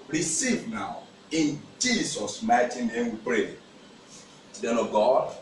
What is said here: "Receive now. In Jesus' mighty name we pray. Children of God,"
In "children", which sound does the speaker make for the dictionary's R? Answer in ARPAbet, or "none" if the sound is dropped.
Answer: none